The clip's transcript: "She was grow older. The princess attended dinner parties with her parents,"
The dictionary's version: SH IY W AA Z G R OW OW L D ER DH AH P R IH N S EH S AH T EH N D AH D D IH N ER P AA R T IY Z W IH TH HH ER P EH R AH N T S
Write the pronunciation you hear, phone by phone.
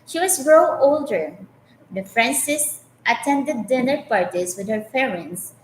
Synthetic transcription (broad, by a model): SH IY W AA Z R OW OW L D ER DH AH F R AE N S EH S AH T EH N D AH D D IH N ER P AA R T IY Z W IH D HH ER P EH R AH N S